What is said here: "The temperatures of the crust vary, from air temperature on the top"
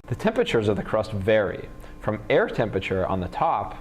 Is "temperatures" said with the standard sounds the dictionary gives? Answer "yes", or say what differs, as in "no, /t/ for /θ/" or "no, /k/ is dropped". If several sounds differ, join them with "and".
yes